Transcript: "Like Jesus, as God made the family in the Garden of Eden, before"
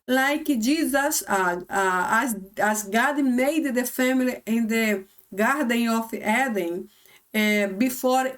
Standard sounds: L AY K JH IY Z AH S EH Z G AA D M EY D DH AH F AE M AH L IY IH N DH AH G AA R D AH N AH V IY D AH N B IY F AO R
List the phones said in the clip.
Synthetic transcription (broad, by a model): L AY K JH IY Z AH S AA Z G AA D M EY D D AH F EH M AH L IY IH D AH G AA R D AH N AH F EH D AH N B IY F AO R